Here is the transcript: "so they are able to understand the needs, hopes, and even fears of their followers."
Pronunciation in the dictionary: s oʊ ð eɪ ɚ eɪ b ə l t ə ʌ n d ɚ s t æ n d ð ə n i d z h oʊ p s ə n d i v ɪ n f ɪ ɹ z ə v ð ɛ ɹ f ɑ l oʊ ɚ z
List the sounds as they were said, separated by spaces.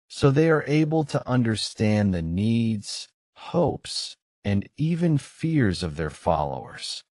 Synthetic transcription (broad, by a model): s oʊ ð eɪ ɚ eɪ b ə l t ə ʌ n d ɚ s t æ n ð ə n i d z h oʊ p s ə n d i v ɪ n f ɪ ɹ z ə v ð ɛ ɹ f ɑ l oʊ ɚ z